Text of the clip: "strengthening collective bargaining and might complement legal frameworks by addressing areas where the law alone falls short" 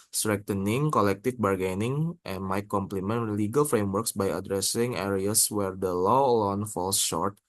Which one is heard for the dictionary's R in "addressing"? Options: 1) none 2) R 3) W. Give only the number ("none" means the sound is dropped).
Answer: 2